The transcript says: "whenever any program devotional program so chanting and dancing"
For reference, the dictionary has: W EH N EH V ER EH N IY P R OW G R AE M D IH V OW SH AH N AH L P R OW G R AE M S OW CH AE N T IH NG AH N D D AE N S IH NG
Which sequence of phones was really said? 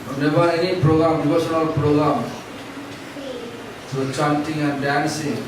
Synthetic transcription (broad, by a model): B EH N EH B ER EH N IY P R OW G R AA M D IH B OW S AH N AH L P R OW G R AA M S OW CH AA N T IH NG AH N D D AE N S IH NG